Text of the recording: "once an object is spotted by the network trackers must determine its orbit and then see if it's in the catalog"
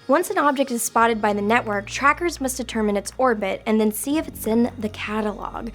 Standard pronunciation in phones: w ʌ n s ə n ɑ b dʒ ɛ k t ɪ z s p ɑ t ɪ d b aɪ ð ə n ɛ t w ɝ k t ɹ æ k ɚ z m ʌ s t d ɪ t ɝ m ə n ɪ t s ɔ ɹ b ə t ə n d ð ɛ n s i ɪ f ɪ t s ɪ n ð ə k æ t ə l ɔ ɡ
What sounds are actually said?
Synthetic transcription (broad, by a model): w ʌ n s ə n ɑ b dʒ ɛ k t ɪ z s p ɑ t ɪ d b aɪ ð ə n ɛ t w ɝ k t ɹ æ k ɚ z m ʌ s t d ɪ t ɝ m ə n ɪ t s ɔ ɹ b ə t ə n ð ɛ n s i ɪ f ɪ t s ɪ n ð ə k æ t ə l ɔ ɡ